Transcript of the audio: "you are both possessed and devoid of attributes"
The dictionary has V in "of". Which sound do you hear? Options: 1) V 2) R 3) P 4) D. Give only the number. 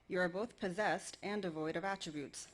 1